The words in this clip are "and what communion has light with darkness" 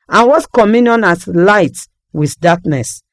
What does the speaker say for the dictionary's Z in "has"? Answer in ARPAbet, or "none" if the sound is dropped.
S